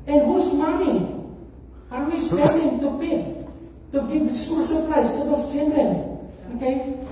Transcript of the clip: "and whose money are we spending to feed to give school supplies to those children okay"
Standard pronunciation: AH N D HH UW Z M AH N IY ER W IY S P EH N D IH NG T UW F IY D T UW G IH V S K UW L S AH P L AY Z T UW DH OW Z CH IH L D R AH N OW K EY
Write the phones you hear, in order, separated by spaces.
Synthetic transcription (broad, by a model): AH N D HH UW S M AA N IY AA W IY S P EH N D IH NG T UW P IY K T UW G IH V S K UW L S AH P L AY S T UW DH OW CH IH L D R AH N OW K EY